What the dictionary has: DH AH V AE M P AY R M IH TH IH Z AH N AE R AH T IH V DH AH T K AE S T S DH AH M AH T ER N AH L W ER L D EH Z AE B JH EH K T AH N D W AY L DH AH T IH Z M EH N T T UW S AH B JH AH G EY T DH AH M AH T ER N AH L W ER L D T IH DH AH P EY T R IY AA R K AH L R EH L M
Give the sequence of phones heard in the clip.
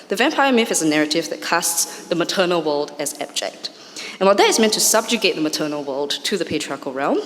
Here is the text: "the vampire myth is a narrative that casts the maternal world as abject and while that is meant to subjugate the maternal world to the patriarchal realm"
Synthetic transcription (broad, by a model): DH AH V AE M P AY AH M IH F IH Z AH N AE R AH T IH V DH AH T K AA S T S DH AH M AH T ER N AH L W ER L D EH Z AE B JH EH K T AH N W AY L DH AH T IH Z M EH N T T UW S AH B JH AH G EY T DH AH M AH T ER N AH L W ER L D T IH DH AH P EY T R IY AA R K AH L R EH L M